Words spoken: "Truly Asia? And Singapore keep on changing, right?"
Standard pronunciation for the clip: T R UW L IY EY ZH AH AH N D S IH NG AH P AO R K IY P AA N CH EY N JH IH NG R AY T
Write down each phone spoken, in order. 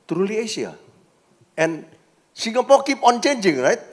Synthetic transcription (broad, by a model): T R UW L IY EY S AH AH N S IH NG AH P AO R K IY P AA N CH EY N JH IH NG R AY T